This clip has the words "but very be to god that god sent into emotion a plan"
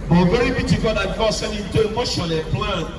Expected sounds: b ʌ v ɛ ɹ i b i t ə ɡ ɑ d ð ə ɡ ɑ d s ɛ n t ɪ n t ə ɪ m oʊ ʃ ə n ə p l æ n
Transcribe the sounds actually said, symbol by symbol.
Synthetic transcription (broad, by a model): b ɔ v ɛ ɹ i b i t ə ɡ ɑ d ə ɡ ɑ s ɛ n ɪ n t ə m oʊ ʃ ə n ə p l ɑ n